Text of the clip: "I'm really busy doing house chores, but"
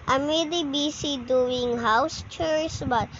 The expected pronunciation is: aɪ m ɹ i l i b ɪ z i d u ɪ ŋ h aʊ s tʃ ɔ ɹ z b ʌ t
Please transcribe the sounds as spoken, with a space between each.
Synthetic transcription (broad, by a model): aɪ m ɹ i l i b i s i d u ɪ ŋ h aʊ s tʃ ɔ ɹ s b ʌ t